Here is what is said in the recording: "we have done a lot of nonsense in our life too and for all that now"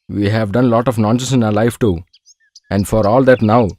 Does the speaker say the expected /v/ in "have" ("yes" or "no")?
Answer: yes